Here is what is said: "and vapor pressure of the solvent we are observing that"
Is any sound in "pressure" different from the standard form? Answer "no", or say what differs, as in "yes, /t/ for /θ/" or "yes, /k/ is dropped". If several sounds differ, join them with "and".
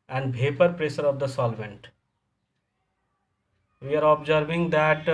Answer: yes, /s/ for /ʃ/